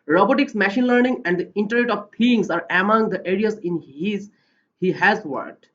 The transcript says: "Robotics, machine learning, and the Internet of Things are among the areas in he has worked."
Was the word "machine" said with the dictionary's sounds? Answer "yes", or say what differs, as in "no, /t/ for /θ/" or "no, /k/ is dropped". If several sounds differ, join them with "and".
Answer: yes